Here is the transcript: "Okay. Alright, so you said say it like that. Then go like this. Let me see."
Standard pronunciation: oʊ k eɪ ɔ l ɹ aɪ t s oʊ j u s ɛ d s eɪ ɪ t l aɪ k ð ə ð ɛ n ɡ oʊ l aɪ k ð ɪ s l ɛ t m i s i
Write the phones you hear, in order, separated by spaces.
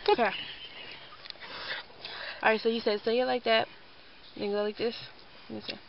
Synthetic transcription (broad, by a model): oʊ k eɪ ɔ ɹ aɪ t s oʊ j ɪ s ɛ d s eɪ ɪ t l aɪ k ð ə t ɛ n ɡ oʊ l aɪ k ð ɪ s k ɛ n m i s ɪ